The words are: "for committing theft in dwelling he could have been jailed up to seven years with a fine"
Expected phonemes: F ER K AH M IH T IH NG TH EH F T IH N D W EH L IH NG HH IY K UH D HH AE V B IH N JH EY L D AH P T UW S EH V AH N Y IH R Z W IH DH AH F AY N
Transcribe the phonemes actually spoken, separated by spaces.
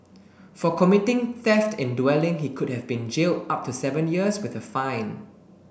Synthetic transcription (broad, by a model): F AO K AH M IH T IH NG TH EH F T IH N D W EH L IH NG HH IY K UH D HH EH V B IH N JH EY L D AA P T UW S EH V AH N Y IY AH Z W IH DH AH F AY N